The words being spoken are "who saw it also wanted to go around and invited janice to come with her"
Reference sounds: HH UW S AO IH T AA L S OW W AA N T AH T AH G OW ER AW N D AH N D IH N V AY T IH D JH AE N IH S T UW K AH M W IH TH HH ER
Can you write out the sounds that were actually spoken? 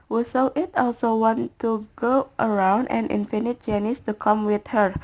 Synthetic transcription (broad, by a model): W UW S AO IH T AA L S OW W AA N T AH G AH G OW ER AW N D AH N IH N F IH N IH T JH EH N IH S T UW K AH M W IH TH HH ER